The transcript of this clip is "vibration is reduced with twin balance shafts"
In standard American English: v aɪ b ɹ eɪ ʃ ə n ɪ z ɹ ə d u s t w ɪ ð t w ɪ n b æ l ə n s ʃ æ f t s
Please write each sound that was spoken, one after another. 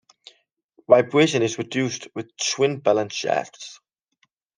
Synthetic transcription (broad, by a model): v aɪ b ɹ eɪ ʃ ə n ɪ z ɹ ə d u s t w ɪ ð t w ɪ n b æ l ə n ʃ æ t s